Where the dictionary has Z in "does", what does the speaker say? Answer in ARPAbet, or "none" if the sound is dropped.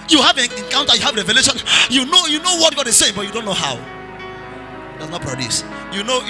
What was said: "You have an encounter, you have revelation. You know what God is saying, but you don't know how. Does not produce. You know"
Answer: S